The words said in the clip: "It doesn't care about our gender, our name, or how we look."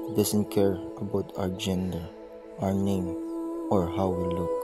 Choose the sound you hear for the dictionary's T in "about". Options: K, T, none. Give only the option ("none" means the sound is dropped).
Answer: T